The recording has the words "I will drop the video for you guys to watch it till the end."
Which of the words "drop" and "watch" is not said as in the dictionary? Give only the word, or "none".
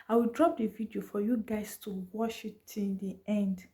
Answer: watch